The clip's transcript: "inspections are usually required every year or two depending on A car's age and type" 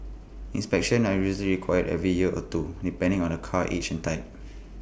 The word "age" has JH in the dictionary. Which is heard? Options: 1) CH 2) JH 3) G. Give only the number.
1